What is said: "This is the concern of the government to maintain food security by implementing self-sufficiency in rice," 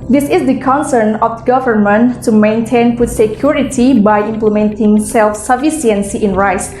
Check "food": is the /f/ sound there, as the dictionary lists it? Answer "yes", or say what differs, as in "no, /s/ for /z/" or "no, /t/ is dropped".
no, /p/ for /f/